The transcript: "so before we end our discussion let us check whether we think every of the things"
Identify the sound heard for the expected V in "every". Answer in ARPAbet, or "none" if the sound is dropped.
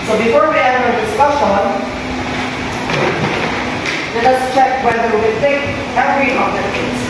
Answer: none